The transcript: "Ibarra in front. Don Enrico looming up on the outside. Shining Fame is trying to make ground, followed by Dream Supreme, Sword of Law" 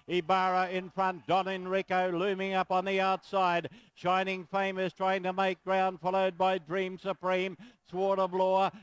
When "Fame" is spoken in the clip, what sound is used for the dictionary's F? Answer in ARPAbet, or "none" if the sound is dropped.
F